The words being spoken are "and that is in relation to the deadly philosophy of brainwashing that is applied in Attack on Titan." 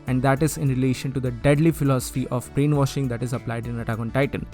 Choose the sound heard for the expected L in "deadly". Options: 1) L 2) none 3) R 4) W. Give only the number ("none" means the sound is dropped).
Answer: 1